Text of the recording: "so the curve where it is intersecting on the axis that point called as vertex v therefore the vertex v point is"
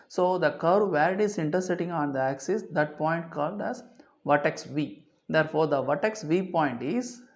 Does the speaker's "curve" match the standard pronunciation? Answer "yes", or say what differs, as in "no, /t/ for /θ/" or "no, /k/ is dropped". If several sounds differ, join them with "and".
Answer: yes